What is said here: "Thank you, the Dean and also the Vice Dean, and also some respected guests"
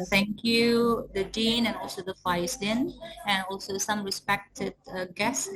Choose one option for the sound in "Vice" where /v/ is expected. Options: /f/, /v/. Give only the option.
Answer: /f/